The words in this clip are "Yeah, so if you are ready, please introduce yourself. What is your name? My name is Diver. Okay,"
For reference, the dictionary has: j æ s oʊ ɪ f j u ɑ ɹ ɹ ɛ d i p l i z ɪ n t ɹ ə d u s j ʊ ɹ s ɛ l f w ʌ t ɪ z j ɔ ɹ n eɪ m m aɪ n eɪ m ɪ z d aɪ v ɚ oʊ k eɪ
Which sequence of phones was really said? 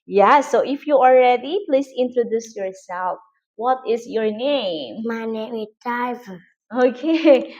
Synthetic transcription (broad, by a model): j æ s oʊ ɪ f j u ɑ l ɹ ɛ d i p l i s ɪ n t ɹ ə d u s j ʊ ɹ s ɛ l f w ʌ t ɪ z j ɔ ɹ n eɪ m m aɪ n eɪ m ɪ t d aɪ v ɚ oʊ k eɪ